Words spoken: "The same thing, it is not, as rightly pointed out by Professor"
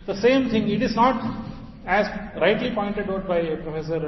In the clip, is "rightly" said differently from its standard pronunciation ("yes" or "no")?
no